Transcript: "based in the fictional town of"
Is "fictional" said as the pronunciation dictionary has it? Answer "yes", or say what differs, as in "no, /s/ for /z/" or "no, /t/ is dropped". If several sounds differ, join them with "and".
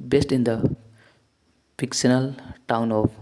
no, /p/ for /f/ and /s/ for /ʃ/